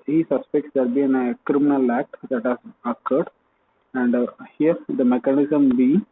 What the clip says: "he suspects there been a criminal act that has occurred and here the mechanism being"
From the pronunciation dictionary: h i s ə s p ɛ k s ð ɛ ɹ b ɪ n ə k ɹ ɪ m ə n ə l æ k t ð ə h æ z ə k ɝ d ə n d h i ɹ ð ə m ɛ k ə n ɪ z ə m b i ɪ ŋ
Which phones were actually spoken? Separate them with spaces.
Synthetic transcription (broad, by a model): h i s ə s p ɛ k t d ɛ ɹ b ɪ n ə k ɹ ɪ m ə n ə l æ k t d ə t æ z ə k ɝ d ə n d h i ɹ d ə m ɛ k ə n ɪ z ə m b i